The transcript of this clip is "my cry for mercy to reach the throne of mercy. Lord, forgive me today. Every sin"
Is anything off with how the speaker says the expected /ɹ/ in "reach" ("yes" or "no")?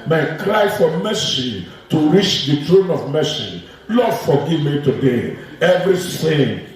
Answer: no